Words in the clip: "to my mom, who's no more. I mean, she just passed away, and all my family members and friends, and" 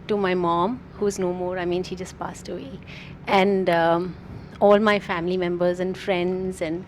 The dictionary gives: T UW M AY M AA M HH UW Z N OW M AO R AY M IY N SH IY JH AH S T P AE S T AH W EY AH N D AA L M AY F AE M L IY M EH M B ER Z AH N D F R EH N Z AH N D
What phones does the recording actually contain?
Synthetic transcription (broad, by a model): T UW M AY M AA M HH UW Z N OW M AO R AY M IY N SH IY JH AH S T P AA S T AH W EY AH N D AA L M AY F AE M L IY M EH M B ER Z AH N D F R EH N Z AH N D